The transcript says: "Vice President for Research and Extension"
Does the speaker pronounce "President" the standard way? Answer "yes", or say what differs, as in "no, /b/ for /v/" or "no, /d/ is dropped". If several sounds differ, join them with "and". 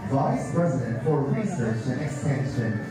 yes